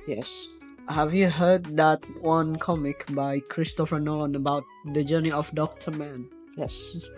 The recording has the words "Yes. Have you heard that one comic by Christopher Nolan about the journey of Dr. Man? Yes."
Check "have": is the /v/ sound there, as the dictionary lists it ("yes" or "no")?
yes